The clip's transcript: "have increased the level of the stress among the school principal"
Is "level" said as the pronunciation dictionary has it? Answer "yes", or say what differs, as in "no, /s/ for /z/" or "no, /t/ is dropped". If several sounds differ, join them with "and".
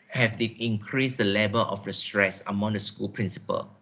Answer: no, /b/ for /v/